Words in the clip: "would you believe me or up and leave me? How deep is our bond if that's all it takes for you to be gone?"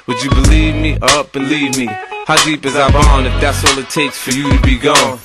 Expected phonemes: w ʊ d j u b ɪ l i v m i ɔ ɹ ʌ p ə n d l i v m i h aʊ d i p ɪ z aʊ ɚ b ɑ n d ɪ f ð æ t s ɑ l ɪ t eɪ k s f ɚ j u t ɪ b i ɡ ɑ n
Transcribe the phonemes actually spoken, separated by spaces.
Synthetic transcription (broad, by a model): w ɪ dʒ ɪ b ɪ l i v m i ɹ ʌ b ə l i v m i h aʊ d i p ɪ z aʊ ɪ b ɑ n ɪ f ð æ t s ɑ l ɪ t eɪ k s f ɚ j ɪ t ɪ b i ɡ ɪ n